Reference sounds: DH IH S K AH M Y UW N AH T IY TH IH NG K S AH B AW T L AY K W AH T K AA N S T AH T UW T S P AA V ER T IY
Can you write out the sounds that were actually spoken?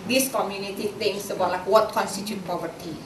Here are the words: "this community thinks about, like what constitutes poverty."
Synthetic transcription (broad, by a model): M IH S K AH M Y UW N AH T IY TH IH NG S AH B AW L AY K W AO T K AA N S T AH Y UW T P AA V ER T IY